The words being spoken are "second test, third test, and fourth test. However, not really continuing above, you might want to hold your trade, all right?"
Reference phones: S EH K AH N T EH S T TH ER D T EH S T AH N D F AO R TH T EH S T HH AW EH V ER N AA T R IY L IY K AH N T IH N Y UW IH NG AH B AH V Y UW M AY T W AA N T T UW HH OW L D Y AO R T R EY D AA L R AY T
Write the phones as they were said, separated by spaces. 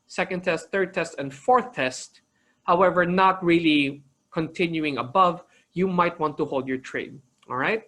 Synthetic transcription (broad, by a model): S EH K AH N T EH S T TH ER D T EH S T AH N D F AO R TH T EH S T HH AW EH V ER N AA T R IY L IY K AH N T IH N Y UW IH NG AH B AH V Y UW M AY T W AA N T T UW HH OW L D Y AO R T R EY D AA L R AY T